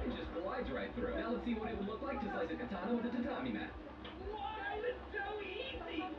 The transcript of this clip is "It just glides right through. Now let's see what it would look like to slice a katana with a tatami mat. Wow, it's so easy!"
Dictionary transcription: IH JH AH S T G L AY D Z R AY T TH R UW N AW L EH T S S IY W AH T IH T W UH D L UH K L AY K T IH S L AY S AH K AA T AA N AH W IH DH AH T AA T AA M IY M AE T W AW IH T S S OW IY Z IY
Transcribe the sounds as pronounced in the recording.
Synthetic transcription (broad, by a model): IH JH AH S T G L AY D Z R AY T F R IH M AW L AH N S S IY W AH T IH T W L UH K L AY K T IH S AY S AH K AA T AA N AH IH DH AH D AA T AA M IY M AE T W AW IH T S S OW IY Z IY